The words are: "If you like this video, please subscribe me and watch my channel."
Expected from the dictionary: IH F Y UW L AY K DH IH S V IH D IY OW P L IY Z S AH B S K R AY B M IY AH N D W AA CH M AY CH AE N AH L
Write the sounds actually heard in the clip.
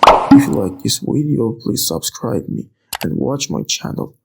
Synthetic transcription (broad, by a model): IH F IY L AY K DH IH S W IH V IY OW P L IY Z S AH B S K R AY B M IY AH N W AA CH M AY CH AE N L